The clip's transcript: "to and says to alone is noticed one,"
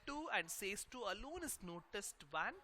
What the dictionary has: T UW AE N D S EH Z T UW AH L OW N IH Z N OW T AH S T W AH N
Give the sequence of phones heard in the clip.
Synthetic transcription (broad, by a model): T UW AE N D S EH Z T UW AH L OW N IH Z N OW T AH S T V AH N